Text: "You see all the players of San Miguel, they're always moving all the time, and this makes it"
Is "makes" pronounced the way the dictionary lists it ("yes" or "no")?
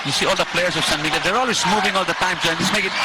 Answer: no